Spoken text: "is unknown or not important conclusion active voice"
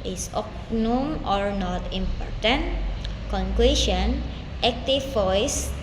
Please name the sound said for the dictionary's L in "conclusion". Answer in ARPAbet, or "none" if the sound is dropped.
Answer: W